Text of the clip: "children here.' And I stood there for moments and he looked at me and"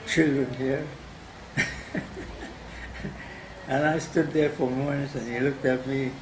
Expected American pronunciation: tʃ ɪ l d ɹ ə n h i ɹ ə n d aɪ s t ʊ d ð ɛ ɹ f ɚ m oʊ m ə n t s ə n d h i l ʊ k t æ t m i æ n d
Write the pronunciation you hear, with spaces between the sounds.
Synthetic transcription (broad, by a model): tʃ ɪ l d ɹ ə n h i ɹ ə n aɪ s t ʊ d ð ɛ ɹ f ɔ m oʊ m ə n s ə n h i l ʊ k t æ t m i